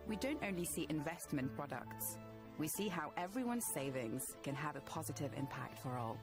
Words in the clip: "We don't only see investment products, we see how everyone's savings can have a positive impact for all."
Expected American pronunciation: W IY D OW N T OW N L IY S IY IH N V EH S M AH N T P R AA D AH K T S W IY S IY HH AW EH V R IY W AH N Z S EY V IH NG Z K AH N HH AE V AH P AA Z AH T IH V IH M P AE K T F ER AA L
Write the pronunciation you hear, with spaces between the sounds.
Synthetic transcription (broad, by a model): W IY D OW N T OW N L IY S IY IH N V EH S M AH N P R AA D AH K T S W IY S IY HH AW EH V R IY W AH N Z S EY V IH NG Z K AH N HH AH V AH P AA Z AH T IH V IH M P AE K T F ER AA L